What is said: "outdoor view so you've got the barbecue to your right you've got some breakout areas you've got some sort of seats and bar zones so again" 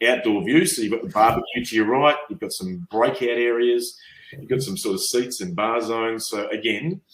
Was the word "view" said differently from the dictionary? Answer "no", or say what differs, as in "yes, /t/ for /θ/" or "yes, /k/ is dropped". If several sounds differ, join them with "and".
no